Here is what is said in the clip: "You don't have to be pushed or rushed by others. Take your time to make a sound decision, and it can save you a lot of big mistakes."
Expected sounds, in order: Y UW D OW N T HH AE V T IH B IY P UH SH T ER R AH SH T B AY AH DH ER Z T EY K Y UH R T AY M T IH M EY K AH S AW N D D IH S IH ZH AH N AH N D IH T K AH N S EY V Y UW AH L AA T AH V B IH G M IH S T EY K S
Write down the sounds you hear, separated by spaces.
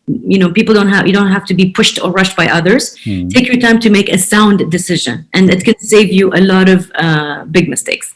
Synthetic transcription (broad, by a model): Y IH D OW N T HH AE F T IH B IY P UH SH T ER R AH SH T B AY AH DH ER Z T EY K Y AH R T AY M T IH M EY K AH S AW N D D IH S IH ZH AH N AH N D IH T K AH N S EY V Y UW AH L AA T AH V B IH G M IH S T EY K S